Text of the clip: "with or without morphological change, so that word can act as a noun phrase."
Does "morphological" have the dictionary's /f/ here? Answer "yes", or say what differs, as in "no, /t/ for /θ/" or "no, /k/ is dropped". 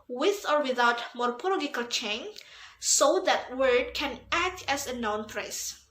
no, /p/ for /f/